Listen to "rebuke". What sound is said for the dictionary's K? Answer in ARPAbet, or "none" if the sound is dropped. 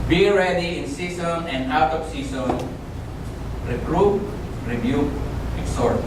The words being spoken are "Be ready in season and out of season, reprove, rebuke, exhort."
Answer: none